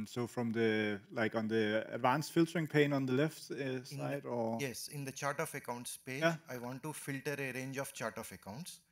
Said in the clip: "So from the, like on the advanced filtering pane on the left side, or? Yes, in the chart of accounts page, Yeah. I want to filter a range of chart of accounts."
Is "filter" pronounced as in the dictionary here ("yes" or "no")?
yes